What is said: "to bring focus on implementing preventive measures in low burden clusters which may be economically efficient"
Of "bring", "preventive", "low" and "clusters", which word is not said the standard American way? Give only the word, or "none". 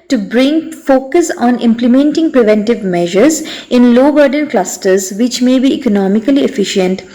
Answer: none